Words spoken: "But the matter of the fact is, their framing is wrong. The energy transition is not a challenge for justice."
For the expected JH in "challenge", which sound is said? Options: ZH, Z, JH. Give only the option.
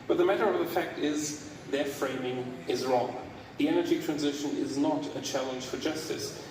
ZH